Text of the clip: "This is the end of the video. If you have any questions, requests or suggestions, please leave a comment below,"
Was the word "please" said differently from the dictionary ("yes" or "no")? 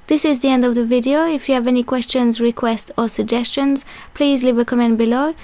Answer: no